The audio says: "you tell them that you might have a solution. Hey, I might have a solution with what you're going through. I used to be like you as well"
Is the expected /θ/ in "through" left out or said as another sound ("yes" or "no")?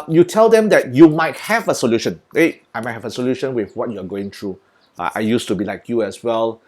yes